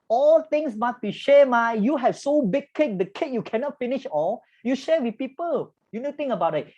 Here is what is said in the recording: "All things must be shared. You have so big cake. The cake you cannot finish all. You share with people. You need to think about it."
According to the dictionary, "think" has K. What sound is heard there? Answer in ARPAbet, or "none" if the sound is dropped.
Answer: none